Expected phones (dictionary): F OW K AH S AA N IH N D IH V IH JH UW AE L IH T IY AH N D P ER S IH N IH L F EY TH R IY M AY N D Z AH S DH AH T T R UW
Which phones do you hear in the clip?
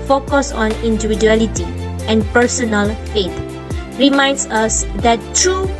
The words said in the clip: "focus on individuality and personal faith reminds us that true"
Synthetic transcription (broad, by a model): F OW K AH S AA N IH N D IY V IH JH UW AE L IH T IY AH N P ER S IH N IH L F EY T R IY M AY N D S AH S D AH T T R UW